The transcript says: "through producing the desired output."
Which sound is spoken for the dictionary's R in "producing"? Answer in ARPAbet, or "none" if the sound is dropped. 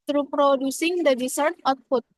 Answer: R